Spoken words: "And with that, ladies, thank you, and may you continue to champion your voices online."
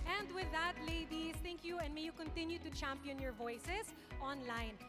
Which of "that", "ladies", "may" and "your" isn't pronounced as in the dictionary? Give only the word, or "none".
ladies